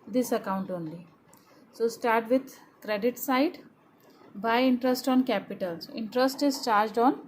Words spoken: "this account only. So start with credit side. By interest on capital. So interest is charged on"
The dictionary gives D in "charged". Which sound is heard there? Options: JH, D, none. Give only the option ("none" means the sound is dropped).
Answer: D